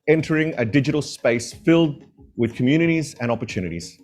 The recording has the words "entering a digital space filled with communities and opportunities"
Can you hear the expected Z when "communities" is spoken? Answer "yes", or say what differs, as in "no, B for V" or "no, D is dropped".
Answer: yes